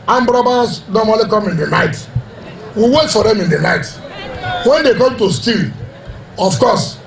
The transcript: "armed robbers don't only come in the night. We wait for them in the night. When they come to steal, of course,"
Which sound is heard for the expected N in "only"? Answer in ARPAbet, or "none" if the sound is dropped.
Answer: none